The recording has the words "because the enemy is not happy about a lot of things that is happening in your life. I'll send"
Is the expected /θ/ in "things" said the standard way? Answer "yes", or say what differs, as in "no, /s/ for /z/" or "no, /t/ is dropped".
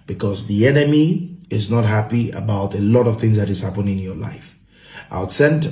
yes